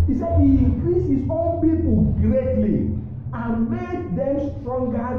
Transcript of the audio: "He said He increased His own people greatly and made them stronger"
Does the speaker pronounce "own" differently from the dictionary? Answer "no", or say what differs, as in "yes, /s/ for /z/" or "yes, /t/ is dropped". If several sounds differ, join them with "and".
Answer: yes, /l/ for /n/